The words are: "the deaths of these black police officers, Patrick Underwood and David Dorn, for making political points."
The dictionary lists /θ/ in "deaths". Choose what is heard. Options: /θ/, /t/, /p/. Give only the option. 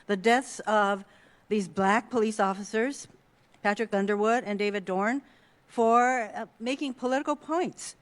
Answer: /θ/